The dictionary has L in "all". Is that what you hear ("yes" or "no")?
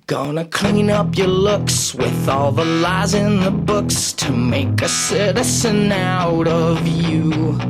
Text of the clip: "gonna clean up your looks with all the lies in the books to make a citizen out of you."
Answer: yes